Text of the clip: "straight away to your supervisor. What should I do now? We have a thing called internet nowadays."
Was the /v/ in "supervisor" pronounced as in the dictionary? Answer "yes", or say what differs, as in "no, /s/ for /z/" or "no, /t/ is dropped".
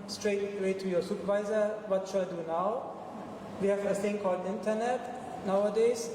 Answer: yes